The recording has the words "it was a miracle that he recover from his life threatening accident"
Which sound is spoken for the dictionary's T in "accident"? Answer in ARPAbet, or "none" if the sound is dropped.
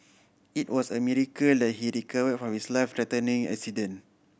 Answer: none